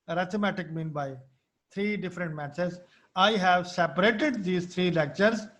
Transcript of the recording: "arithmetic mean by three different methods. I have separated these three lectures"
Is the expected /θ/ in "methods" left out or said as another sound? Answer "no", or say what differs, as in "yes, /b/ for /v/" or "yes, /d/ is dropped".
yes, /s/ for /θ/